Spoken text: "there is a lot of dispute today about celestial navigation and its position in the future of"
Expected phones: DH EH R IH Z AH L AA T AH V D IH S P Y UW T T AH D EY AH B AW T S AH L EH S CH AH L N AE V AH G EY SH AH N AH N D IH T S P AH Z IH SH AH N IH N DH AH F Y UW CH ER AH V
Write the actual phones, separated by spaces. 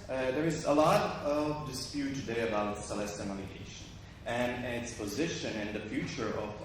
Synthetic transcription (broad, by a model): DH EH R IH Z AH L AA T AH V D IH S P Y UW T T AH D EY AH B AW T S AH L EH S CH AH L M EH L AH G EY SH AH N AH N IH T S P AH Z IH SH AH N IH N DH AH F Y UW CH ER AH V